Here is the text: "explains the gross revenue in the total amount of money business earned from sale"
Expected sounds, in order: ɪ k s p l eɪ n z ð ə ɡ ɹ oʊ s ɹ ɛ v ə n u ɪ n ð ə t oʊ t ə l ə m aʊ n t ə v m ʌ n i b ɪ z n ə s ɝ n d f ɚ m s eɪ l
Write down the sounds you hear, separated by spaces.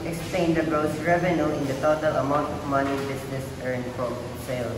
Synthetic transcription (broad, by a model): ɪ k s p l eɪ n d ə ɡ ɹ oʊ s ɹ ɛ v ə n u ɪ n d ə t oʊ t ə l ə m aʊ n t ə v m ʌ n i b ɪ s n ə s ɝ n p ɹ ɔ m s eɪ l